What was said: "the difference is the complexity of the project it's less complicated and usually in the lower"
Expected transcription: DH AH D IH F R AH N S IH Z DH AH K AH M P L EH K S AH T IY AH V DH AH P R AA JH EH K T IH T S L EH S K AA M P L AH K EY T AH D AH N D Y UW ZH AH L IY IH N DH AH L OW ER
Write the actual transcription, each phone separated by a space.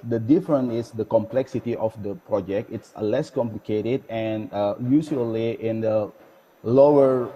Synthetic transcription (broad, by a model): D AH D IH F R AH N IH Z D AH K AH M P L EH K S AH T IY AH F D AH P R AA JH EH K T IH T S L EH S K AA M P L AH K EY T AH D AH N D Y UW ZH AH L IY IH N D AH L OW ER